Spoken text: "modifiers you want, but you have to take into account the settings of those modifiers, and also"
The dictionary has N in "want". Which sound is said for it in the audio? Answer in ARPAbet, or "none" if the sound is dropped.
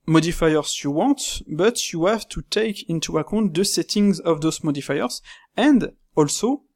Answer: none